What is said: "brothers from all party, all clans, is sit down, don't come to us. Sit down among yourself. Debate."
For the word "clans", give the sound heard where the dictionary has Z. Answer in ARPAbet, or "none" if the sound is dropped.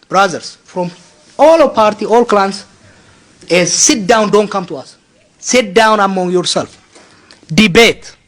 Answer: S